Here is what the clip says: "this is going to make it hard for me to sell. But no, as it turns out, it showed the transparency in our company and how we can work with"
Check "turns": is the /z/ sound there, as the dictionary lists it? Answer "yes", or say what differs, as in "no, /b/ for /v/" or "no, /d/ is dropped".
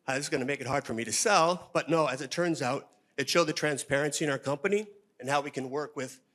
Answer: yes